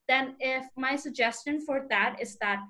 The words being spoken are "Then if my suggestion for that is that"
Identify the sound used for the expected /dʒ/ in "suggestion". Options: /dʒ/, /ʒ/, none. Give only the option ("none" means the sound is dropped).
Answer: /dʒ/